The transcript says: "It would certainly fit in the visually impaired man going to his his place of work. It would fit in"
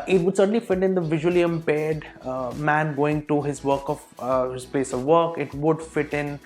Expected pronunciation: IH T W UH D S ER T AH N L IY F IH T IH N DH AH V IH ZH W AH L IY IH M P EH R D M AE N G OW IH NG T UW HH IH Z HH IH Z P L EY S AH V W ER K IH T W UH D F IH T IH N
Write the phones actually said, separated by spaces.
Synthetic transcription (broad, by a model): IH T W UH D S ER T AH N L IY F IH T IH N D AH V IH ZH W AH L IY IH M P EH D M AE N G OW IH NG T UW HH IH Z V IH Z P EY S AH V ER K IH T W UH D F IH T IH N